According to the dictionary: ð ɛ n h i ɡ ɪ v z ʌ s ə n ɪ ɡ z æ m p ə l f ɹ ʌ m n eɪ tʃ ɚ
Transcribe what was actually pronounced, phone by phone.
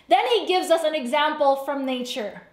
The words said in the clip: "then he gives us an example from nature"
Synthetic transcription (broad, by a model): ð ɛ n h i ɡ ɪ v z ʌ s ə n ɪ ɡ z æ m p l f ɹ ʌ m n eɪ tʃ ɚ